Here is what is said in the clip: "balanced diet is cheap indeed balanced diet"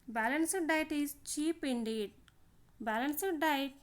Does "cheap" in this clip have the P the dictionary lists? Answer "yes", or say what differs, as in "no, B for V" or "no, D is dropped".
yes